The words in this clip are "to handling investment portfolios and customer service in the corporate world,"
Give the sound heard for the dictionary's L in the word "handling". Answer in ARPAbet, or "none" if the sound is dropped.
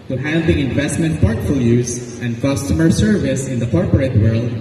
none